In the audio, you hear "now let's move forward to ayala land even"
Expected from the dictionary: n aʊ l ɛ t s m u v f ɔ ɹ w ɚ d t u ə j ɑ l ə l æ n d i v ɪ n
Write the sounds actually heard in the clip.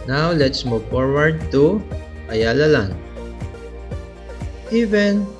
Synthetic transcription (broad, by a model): n aʊ l ɛ t s m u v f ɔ ɹ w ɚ d t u ə j ɑ l ə l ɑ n i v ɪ n